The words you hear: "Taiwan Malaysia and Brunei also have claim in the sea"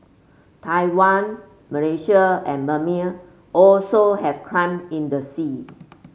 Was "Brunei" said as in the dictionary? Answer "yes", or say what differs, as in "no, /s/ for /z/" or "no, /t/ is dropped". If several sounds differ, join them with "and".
no, /ɹ/ is dropped